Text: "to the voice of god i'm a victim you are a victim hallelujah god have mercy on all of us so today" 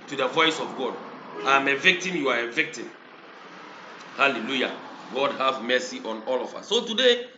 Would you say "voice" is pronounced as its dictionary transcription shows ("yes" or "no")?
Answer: yes